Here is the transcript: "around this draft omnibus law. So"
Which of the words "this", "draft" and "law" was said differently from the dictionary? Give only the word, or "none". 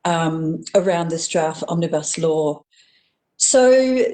draft